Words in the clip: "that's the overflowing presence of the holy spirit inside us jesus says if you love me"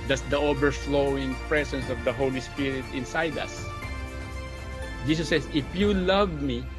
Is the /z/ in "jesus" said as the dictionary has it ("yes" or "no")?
no